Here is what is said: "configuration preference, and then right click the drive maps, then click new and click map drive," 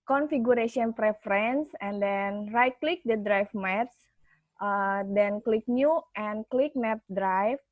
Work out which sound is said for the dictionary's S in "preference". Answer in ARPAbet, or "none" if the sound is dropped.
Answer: S